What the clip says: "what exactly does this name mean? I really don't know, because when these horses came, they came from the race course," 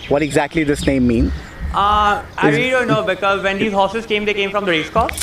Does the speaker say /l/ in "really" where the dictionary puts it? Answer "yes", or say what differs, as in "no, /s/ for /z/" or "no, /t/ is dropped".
no, /l/ is dropped